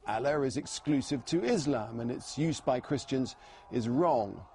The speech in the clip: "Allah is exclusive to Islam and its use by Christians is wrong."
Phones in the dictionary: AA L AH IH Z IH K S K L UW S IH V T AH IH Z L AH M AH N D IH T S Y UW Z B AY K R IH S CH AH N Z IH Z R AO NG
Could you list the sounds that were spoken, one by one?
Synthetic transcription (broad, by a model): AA L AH IH Z IH K S K L UW S IH V T AH IH Z L AH M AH N IH T S Y UW Z B AY K R IH S CH AH N Z IH Z R AO NG